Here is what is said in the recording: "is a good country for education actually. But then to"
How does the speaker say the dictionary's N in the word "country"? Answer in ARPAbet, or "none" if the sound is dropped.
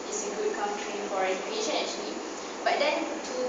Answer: none